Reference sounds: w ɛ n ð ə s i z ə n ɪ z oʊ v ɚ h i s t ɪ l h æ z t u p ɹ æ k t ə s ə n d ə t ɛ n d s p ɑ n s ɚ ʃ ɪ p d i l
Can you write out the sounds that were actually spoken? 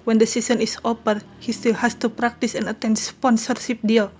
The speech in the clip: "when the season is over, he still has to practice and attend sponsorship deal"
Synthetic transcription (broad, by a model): w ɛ n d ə s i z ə n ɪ s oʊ p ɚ h i s t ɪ l h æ s t u p ɹ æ k t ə s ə n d ə t ɛ n d s p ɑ n s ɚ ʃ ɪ p d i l